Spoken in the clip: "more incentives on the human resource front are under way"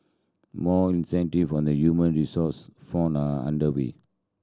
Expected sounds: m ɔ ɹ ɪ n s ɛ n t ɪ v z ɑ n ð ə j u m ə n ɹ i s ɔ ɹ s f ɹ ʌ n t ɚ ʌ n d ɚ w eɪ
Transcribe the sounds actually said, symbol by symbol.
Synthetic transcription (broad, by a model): m ɔ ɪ n s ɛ n t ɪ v ɑ n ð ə j u m ə n ɹ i s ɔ s f ɔ n ɚ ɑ n d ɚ w eɪ